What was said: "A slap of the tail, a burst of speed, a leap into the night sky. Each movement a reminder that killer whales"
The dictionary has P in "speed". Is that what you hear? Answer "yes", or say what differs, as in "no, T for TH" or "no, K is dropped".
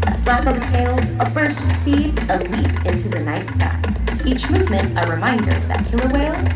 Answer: no, P is dropped